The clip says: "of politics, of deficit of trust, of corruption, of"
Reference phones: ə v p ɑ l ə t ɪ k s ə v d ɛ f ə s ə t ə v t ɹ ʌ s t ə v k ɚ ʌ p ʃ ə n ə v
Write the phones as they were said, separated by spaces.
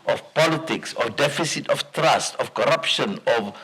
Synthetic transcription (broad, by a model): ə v p ɑ l ə t ɪ k s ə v d ɛ f ə s ə t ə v t ɹ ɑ s t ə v k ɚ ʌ p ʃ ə n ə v